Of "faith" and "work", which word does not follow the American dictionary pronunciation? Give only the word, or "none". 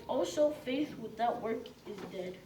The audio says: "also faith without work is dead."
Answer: none